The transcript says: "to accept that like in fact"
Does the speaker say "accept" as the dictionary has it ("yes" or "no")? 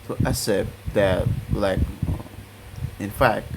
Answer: no